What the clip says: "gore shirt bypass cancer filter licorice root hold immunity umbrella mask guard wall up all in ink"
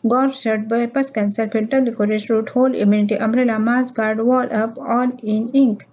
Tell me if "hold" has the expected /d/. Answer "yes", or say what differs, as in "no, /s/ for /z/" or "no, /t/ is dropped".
no, /d/ is dropped